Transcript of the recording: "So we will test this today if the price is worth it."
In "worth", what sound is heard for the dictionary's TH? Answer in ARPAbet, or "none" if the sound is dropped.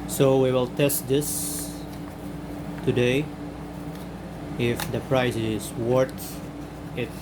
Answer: T